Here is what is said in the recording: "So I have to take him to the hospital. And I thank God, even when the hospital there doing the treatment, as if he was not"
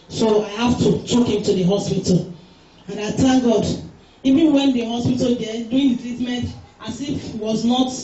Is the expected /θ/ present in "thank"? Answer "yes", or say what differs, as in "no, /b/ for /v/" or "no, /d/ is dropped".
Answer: no, /t/ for /θ/